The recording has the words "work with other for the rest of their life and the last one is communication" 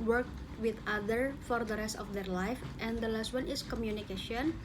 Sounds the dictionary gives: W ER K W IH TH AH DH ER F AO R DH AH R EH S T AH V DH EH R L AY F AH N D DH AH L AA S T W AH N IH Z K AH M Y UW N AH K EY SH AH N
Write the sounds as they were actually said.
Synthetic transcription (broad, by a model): W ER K W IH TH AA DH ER F AO R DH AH R EH S T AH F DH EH R L AY F AH N D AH L AA S T W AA N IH S K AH M Y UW N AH K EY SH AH N